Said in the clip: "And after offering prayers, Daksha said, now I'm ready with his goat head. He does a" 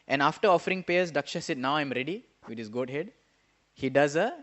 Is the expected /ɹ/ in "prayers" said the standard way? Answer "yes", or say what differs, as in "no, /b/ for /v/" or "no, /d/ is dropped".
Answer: no, /ɹ/ is dropped